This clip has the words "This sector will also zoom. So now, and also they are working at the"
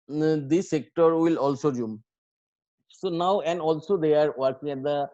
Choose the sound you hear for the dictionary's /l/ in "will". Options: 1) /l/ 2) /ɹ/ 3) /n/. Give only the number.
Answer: 1